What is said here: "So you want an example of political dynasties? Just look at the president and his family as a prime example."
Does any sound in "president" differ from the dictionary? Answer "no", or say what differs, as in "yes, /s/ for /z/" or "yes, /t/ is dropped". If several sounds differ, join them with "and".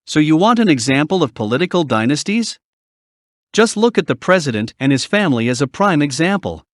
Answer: no